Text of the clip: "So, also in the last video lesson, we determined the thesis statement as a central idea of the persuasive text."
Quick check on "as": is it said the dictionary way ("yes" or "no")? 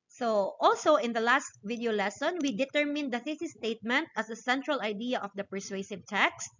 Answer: no